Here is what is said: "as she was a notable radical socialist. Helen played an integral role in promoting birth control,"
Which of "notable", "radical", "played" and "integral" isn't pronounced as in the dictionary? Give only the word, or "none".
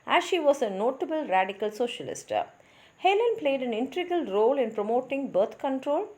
integral